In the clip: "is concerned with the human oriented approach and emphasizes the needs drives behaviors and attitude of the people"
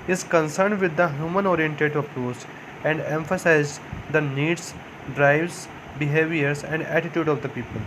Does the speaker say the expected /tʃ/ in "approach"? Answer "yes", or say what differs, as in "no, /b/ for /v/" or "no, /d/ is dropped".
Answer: no, /s/ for /tʃ/